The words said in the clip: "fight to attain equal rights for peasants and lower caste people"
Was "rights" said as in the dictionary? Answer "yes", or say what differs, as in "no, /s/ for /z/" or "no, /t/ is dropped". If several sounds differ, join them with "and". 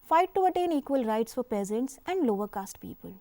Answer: yes